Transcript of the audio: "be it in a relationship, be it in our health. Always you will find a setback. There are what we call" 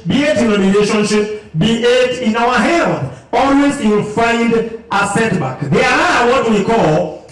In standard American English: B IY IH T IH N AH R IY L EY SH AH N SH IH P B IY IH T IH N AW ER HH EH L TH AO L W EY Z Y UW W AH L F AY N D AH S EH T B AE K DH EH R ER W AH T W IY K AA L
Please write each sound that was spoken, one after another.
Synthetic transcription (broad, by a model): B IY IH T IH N AH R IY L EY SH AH N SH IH P B IY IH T IH N AW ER HH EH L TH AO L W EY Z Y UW W AH L F AY N D AH S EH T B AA K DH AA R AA W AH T W IY K AA L